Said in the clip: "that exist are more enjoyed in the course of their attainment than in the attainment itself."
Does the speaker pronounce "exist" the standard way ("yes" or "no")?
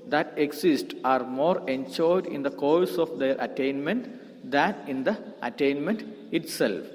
no